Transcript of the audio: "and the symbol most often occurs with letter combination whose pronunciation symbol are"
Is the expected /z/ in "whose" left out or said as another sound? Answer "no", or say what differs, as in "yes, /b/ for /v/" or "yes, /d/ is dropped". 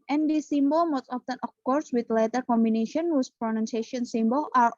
yes, /s/ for /z/